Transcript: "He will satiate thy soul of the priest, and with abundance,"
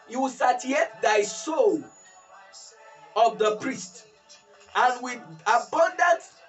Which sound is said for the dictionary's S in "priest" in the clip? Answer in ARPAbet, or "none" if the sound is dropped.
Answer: S